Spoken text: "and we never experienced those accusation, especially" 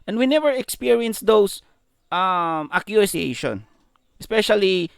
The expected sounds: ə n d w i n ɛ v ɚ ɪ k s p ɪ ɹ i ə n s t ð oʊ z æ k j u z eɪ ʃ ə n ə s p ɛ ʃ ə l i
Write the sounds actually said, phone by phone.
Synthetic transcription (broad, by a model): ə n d w i n ɛ v ɚ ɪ k s p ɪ ɹ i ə n s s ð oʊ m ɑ k j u s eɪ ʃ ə n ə s p ɛ ʃ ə l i